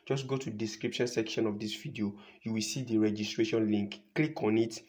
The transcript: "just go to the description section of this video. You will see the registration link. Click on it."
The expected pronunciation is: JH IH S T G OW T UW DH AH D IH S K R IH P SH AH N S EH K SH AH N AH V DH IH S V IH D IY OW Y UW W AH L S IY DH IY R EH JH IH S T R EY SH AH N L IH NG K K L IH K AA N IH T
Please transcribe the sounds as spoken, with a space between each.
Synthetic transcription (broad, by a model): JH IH S G OW T UW D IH S K R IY P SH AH N S EH K SH AH N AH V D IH S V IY D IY OW Y UW W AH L S IY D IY R EH JH IH S T R EY SH AH N L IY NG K K L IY K AA N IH T